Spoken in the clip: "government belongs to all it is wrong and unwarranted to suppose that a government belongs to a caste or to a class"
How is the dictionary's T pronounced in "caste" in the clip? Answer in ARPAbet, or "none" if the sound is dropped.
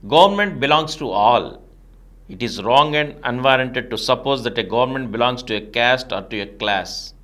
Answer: T